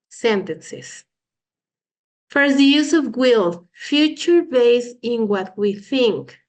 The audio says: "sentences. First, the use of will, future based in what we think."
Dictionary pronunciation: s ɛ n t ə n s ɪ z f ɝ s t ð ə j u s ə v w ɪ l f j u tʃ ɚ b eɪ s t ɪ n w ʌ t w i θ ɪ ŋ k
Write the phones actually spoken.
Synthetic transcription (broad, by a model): s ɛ n t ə n s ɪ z f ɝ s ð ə j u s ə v w ɪ l f j u tʃ ɚ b eɪ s ɪ n w ʌ t w i θ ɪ ŋ k